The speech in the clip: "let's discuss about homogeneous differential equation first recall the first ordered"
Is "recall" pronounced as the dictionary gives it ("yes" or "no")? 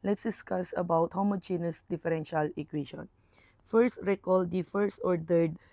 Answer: yes